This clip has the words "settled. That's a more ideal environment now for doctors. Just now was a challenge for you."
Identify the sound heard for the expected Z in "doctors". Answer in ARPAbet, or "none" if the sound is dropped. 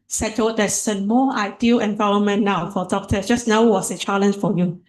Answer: none